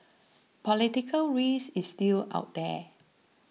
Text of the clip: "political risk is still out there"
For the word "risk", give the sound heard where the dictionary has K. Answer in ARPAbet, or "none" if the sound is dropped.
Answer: none